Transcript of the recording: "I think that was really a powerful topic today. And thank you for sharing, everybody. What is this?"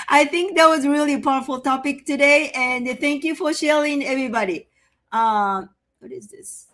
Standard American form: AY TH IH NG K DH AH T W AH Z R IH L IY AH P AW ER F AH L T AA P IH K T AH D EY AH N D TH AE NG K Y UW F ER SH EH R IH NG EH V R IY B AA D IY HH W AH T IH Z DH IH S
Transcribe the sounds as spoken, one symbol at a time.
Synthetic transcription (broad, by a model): AY TH IH NG K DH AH T W AH Z R IH L IY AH P AW ER F AH L T AA P IH K T AH D EY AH N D TH AE NG K Y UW F ER SH EH R IH NG EH V R IY B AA D IY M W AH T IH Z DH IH S